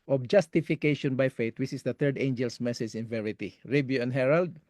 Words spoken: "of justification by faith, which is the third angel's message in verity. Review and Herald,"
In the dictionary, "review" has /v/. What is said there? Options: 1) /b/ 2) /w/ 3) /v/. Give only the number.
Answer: 1